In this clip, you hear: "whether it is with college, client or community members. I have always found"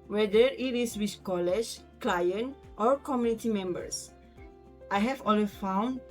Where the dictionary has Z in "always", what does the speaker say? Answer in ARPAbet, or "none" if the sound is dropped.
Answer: none